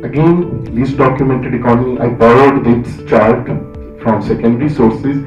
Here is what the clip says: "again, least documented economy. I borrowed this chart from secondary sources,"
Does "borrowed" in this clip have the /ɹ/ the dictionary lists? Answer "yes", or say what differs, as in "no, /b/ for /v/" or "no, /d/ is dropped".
no, /l/ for /ɹ/